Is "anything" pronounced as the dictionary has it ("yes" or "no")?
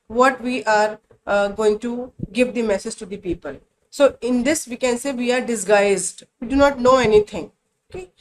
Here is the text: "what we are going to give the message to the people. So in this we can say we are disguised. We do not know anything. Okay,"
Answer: no